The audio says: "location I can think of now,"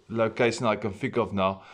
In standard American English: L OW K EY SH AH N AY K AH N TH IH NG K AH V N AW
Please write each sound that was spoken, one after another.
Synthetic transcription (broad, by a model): L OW K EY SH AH N AY K AH N F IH K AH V N AW